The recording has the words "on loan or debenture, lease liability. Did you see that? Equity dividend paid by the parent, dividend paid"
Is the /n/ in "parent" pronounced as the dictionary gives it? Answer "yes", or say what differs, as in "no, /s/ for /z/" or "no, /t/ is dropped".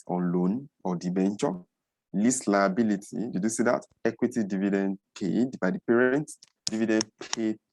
yes